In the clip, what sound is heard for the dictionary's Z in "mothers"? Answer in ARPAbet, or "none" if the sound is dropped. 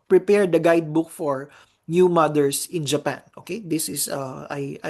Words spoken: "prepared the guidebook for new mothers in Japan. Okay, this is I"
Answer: S